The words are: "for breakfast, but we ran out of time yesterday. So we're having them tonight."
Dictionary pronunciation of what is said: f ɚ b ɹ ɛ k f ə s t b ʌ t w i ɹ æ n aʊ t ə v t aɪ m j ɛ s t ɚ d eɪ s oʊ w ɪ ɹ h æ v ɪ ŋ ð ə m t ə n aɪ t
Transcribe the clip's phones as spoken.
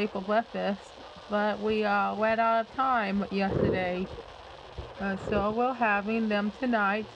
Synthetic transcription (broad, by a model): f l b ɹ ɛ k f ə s b ʌ t w i w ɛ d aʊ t ə v t aɪ m j ɛ s t ɚ d eɪ s oʊ w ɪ l h æ v ɪ ŋ ð ə m t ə n aɪ t